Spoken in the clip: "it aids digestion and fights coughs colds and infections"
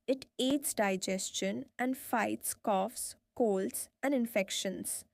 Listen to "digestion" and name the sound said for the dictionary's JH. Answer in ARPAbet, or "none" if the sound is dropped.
JH